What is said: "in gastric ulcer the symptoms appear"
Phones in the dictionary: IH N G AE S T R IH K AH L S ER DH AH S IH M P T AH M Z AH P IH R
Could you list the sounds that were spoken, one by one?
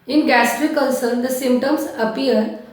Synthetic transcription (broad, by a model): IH N G AE S T R IH K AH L S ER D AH S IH M P T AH M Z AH P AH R